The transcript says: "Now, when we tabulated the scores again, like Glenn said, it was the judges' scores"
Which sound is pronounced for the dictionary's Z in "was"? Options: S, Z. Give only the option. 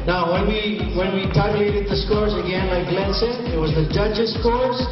Z